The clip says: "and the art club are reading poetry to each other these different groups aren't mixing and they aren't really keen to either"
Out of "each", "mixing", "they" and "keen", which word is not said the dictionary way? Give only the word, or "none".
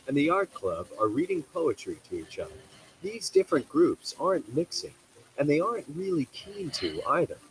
none